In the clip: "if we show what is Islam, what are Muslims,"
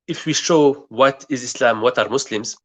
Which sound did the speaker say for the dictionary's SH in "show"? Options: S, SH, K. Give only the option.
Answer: SH